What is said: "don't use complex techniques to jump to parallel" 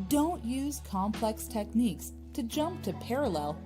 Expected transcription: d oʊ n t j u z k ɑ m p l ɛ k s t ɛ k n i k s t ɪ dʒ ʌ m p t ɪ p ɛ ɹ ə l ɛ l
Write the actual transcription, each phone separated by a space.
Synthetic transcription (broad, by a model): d oʊ n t j u z k ɑ m p l ɛ k s t ɛ k n i k s t ɪ dʒ ʌ m p t ɪ p ɛ ɹ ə l ɛ l